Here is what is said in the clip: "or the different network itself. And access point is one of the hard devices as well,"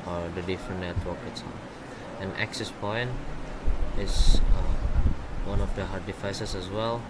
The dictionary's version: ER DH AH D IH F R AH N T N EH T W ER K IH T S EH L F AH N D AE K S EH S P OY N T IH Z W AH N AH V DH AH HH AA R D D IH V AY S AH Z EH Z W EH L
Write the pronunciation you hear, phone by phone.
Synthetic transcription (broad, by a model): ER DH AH D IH F R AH N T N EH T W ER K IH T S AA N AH N AE K S EH S P OY N T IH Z W AH N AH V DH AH HH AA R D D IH F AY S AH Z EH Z W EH L